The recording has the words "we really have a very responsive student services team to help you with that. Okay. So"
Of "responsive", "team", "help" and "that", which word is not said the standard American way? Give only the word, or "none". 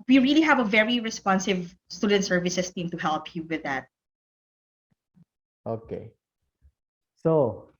none